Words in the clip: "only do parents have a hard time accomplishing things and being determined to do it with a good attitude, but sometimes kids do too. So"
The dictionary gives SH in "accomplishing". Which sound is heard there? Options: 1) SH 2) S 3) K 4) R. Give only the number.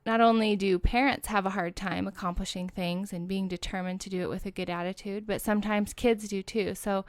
1